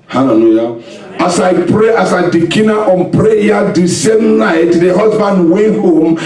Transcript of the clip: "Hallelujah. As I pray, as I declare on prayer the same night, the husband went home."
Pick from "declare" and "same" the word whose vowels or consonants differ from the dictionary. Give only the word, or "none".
declare